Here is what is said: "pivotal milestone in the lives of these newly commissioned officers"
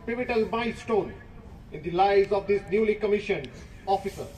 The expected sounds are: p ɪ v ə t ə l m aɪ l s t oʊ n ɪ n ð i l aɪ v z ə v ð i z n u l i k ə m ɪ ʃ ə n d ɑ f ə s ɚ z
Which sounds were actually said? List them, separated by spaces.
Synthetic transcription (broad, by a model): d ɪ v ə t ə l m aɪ s t oʊ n ɪ n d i l aɪ z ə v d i s n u l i k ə m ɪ ʃ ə n ɑ f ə s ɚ